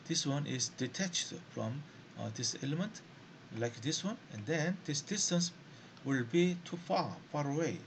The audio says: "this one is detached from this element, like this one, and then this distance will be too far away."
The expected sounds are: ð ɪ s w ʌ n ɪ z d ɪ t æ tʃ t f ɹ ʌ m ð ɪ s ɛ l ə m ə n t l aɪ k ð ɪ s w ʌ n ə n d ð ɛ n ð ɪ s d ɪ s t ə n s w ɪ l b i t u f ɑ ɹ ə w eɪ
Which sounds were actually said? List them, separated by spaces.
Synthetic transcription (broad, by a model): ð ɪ s w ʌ n ɪ z d ɪ t æ tʃ t f ɹ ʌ m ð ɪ s ɛ l ə m ə n t l aɪ k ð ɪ s w ʌ n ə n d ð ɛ n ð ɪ s d ɪ s t ə n s w ɪ l b i t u f ɑ ɹ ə w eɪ